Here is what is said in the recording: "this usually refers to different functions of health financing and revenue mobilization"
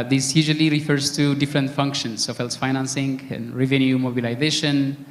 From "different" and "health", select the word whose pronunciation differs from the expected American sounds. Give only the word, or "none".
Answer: health